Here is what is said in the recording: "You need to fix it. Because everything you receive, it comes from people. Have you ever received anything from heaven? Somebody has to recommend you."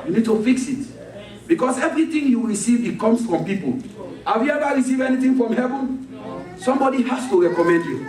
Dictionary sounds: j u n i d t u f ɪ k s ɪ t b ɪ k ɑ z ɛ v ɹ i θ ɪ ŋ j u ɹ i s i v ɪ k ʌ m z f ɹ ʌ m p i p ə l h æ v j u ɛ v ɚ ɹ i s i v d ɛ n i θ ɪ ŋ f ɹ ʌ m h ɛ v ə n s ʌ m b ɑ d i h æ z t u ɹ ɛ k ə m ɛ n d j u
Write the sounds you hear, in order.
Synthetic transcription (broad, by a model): j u n i d t u f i k s ɪ t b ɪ k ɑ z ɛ v ɹ i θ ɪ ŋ j u ɹ i s i v ɪ k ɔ m s f ɹ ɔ m p i p ə l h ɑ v j u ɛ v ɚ ɹ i s i v ɛ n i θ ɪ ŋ f ɹ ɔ m h ɛ v ə n s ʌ m b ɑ d i h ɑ s t u ɹ ɛ k ə m ɛ n d j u